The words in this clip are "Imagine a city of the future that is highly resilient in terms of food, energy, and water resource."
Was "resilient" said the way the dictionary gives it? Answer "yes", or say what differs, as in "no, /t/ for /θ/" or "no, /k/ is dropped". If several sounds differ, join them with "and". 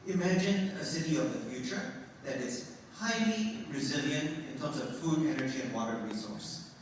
yes